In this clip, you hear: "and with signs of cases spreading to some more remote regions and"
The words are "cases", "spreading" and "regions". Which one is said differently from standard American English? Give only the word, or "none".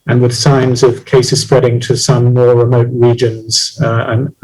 none